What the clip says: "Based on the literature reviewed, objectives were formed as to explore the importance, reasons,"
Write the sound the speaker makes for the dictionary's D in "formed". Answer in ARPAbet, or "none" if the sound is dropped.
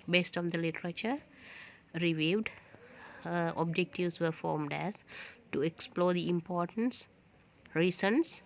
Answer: D